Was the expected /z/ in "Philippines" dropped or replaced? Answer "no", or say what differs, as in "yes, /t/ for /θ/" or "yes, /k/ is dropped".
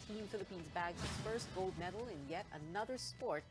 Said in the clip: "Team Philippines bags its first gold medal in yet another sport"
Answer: no